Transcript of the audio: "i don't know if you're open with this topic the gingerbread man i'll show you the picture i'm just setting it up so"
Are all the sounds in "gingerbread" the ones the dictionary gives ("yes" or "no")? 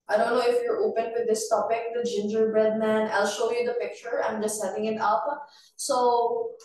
yes